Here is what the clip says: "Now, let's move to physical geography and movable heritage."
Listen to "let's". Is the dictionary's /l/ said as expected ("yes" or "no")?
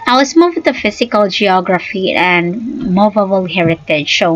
no